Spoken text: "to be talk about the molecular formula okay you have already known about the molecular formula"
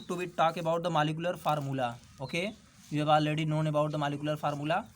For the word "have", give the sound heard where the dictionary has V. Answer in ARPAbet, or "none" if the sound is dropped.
B